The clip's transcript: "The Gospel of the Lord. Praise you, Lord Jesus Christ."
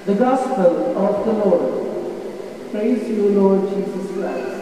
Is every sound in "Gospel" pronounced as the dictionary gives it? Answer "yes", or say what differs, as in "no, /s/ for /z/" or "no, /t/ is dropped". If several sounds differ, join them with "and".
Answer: yes